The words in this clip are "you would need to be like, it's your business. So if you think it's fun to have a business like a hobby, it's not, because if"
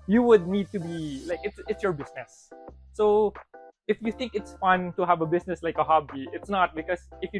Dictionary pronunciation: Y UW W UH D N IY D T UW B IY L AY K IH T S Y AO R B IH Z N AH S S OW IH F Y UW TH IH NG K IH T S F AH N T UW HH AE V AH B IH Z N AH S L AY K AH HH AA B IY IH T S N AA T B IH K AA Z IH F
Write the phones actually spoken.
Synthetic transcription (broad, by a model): Y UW W UH D N IY D T UW B IY L AY K IH T S Y AO R B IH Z N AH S S OW IH F Y UW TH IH NG K IH T S F AH N T UW HH AE V AH B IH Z N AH S L AY K AH HH AA B IY IH T S N AA T B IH K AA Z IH F